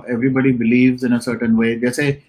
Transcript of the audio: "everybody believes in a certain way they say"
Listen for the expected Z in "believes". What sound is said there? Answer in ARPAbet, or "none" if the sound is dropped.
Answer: Z